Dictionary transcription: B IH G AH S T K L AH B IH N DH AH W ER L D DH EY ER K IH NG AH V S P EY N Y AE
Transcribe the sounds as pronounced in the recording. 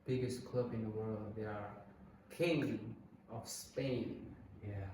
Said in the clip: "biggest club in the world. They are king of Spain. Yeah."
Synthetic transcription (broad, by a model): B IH G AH S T K L AH B IH N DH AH W ER L D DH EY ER K IH NG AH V S P EY N Y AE